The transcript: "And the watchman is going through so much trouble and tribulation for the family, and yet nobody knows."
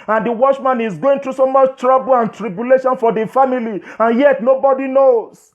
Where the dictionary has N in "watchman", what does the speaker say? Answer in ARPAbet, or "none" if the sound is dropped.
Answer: N